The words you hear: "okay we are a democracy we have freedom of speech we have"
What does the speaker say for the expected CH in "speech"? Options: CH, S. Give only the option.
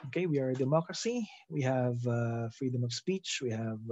CH